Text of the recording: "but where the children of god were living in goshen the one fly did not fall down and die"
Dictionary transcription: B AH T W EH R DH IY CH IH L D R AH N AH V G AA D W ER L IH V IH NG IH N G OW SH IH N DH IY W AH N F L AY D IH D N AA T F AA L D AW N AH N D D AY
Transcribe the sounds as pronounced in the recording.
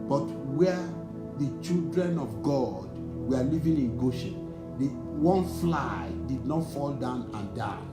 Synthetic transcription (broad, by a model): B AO T W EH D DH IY CH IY L D R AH N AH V G AA D W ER L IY V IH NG IH N G OW SH IH N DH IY W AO N F L AY D IH D N AA T F AA L D AW N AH N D D AY